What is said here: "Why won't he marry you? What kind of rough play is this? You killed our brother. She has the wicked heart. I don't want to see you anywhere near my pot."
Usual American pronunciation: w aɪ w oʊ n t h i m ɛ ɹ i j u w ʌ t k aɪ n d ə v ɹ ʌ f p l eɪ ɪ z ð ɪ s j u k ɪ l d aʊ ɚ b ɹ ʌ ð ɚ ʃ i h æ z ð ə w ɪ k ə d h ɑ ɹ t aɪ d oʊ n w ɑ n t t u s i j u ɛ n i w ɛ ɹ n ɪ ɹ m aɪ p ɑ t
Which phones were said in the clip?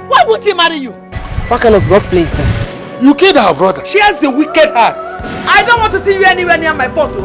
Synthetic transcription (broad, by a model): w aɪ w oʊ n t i m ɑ ɹ i j u w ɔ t k aɪ n d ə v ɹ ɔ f p l eɪ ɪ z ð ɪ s j u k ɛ d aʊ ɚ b ɹ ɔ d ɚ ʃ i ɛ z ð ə w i k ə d h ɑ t aɪ d oʊ n w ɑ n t t u s i j u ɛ n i w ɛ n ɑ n m aɪ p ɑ t